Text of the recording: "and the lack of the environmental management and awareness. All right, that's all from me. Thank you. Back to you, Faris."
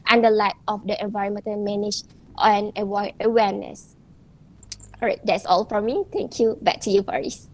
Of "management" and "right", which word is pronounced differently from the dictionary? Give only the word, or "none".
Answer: management